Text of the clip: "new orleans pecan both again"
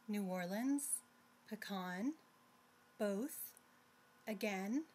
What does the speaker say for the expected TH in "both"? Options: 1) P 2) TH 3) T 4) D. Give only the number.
2